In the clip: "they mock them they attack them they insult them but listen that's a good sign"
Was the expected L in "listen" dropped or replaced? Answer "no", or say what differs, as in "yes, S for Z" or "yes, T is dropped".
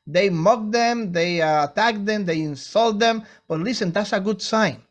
no